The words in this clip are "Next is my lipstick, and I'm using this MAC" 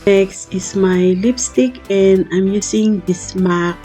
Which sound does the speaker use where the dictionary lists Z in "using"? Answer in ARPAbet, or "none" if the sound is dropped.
S